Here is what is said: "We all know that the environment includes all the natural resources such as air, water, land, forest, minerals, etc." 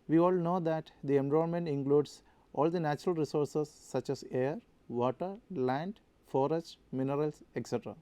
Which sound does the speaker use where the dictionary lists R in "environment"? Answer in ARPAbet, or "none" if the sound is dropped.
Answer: none